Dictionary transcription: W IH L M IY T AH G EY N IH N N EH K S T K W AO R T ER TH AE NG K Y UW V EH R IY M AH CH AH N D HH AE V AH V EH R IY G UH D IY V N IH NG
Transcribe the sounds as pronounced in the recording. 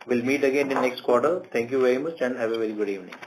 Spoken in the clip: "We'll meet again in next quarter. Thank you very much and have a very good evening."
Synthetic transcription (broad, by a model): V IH L M IY T AH G EY N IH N N EH K S T K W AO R T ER T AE NG K Y UW V EH R IY M AH CH AH N D HH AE V AH V EH R IY G UH D IY V N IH NG